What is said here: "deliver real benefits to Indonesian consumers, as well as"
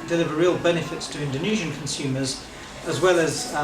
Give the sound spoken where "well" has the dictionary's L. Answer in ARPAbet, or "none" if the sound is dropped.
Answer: L